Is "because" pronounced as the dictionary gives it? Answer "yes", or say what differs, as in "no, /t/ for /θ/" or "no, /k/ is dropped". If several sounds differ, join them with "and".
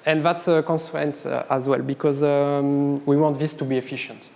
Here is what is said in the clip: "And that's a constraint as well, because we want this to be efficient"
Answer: yes